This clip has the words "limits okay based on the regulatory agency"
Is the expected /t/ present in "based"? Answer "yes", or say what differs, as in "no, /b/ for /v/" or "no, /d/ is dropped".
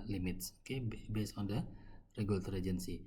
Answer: no, /t/ is dropped